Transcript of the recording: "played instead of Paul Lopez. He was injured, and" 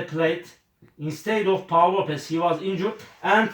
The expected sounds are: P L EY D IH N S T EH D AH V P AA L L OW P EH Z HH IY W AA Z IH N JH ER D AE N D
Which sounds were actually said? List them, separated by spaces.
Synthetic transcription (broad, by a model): P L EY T IH N S T EH D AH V P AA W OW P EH S HH IY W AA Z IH N JH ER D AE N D